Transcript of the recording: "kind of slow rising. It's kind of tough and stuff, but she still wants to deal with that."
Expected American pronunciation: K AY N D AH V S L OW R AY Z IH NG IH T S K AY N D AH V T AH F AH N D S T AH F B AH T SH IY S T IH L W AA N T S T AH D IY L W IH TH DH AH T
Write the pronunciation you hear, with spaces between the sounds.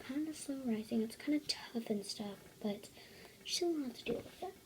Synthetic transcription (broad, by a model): K AY N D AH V S OW R AY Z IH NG IH T S K AY N D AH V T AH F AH N S T AH F B AH T SH IY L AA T T AH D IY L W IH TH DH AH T